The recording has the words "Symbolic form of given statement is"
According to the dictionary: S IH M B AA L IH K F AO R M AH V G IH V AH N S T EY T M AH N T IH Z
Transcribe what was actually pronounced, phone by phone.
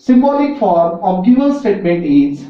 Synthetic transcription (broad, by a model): S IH M B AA L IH K F AO R M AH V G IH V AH L S T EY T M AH N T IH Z